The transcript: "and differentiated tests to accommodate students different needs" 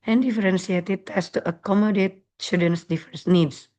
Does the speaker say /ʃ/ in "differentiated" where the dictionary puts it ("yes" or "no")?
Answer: no